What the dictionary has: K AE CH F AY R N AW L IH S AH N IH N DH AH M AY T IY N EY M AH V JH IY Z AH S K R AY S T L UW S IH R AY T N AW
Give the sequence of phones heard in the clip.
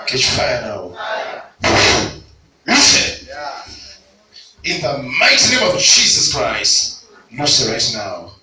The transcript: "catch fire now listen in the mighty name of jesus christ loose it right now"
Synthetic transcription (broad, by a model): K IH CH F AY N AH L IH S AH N IH N DH AH M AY T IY N EY M AH V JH IY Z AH S K R AY S T N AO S IH R AY T N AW